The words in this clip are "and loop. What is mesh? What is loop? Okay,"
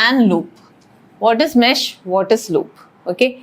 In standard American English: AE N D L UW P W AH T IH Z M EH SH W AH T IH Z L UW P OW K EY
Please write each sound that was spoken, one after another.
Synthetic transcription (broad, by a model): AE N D L UW P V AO T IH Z M EH SH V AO T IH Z L UW P OW K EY